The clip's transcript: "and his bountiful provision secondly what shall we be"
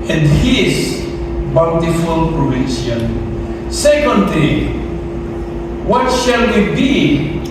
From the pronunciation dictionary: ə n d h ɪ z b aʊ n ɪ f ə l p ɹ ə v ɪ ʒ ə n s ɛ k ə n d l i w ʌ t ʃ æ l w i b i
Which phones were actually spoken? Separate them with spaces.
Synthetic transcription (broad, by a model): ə n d h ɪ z b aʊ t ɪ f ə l p ɹ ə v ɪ s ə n s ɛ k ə n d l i w ʌ t ʃ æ l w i b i